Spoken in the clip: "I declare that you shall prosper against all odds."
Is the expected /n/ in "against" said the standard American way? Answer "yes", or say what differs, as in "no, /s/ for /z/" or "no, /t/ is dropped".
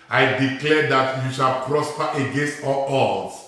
yes